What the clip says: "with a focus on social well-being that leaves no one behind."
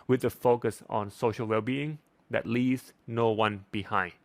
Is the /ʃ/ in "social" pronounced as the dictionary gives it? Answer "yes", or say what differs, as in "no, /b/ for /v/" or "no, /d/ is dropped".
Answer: yes